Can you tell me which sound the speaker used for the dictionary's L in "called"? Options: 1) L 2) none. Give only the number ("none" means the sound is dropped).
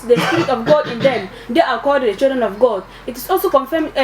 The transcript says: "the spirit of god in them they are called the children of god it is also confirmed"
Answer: 2